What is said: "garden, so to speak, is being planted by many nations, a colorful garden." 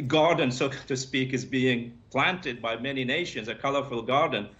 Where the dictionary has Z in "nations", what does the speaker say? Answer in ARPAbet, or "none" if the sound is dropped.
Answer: Z